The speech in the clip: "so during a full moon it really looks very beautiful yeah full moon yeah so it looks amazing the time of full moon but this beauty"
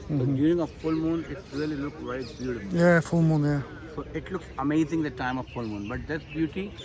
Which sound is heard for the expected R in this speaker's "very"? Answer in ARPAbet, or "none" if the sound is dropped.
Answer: none